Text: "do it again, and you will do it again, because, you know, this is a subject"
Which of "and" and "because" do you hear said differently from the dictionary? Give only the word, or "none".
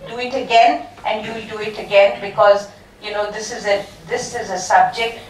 none